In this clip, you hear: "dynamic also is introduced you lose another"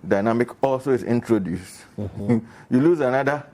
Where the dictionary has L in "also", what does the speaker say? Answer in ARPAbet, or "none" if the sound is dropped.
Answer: L